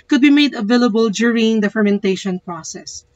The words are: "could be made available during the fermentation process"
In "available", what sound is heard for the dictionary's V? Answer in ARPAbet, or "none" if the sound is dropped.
V